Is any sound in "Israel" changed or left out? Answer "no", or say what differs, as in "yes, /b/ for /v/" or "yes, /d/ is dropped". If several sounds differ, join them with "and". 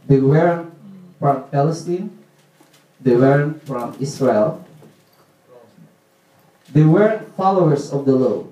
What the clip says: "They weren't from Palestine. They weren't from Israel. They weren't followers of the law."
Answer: yes, /s/ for /z/